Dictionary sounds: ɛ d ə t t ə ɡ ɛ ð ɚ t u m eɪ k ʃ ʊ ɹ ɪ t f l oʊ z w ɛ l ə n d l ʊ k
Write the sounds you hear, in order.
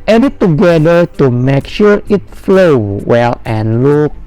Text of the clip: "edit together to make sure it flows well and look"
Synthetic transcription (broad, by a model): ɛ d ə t t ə ɡ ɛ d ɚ t u m eɪ k ʃ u ɹ ɪ t f l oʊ w ɛ l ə n l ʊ k